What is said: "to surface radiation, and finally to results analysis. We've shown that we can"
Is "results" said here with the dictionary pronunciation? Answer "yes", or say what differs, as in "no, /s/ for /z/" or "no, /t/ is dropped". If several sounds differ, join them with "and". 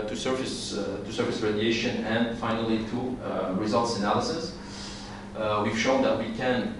yes